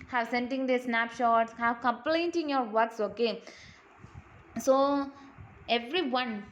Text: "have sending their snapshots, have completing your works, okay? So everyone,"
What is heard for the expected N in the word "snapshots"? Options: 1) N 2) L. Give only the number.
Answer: 1